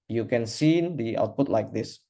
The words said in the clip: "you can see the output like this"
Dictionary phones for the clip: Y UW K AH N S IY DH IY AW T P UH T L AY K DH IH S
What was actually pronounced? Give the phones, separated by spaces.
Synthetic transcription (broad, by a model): Y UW K AH N S IY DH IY AW T P UH T L AY K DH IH S